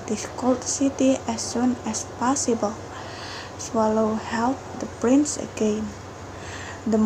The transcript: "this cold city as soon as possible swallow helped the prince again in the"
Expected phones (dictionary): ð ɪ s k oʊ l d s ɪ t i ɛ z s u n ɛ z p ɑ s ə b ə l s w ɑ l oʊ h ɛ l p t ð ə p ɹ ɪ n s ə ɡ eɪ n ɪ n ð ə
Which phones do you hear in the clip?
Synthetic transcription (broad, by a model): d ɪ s k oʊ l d s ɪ t i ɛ s u n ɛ s p ɑ s ə b ə l s w ɑ l oʊ h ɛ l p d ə p ɹ ɪ n s ə ɡ eɪ n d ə